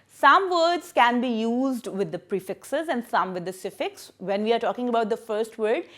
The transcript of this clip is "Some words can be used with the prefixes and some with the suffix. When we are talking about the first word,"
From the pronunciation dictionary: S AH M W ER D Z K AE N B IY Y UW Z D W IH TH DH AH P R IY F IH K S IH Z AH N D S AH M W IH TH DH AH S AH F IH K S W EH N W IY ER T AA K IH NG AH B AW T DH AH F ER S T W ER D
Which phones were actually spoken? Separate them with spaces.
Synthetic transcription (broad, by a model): S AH M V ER D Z K AE N B IY Y UW Z D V IH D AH P R IY F IH K S IH Z AH N D S AH M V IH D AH S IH F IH K S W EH N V IY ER T AA K IH NG AH B AW T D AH F ER S T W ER D